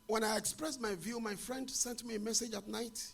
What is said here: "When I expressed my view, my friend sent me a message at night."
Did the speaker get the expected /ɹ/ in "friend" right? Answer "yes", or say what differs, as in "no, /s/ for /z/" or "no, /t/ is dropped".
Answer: yes